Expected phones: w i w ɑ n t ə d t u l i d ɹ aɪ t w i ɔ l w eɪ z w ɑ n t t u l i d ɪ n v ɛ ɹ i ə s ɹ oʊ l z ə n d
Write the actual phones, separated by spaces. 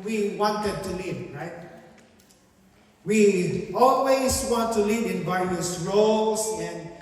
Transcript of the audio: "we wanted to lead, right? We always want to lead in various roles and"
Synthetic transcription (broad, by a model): w i w ɑ n t ə d t u l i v ɹ aɪ t w i ɔ l w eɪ s w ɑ n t t u l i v ɪ n v ɛ ɹ i ə s ɹ oʊ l s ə n